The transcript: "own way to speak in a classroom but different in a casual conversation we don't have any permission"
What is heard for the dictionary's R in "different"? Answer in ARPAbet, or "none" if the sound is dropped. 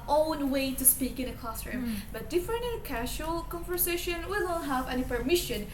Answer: none